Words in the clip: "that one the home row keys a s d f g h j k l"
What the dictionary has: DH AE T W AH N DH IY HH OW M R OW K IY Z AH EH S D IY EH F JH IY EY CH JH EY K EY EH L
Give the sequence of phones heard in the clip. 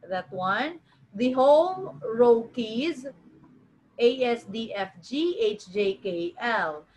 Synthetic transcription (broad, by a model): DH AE T W AH N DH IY HH OW M R OW K IY Z AH EH S D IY EH F JH IY EY CH JH EY K EY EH L